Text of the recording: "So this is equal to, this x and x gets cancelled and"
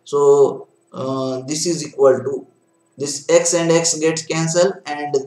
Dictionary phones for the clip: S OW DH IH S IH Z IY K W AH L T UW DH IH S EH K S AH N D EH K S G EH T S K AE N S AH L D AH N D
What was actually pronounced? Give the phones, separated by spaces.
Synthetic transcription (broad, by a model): S OW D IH S IH Z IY K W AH L T UW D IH S EH K S AH N D EH K S G EH T S K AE N S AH L AH N D